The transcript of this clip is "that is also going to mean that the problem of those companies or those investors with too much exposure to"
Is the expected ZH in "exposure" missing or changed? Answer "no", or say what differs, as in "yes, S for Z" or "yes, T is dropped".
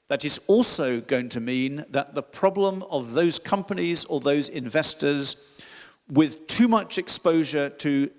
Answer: no